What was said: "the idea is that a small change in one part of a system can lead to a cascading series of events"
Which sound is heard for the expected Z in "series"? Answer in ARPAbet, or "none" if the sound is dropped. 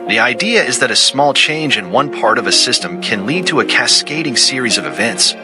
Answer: Z